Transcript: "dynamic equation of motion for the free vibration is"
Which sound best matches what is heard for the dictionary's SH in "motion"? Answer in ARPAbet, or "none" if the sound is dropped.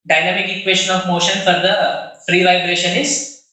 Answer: SH